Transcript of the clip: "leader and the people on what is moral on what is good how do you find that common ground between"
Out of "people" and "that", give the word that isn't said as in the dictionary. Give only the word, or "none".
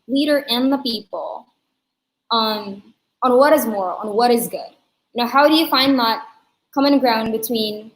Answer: people